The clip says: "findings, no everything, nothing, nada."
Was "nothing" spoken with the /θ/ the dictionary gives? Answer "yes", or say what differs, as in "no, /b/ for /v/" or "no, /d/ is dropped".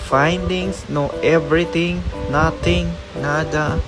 no, /t/ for /θ/